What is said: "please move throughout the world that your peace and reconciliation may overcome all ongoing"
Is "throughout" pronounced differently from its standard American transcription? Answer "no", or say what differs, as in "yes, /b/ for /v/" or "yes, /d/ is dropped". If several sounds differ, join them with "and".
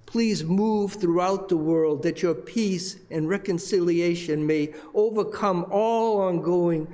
no